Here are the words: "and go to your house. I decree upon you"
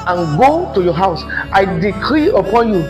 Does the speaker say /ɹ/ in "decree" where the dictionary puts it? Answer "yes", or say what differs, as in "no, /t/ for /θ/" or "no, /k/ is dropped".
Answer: yes